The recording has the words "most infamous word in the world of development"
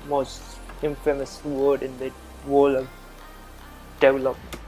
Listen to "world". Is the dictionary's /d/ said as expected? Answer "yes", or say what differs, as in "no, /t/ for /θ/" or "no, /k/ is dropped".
no, /d/ is dropped